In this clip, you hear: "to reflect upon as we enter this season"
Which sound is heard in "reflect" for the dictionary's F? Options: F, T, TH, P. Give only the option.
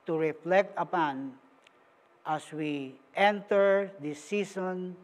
F